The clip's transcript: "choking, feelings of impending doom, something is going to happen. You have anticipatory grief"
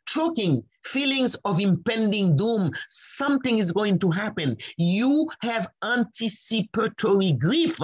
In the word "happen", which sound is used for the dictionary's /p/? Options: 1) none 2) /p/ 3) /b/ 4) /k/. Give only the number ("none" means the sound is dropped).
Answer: 2